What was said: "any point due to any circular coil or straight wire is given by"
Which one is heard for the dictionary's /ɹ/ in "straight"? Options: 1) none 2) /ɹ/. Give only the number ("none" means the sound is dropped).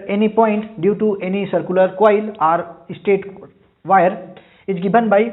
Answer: 1